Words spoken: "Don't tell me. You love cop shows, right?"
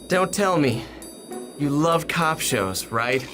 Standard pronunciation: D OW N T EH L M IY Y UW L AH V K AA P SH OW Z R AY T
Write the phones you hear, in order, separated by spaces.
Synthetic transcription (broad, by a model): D OW N T EH L M IY Y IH L AH V K AA P SH OW Z R AY T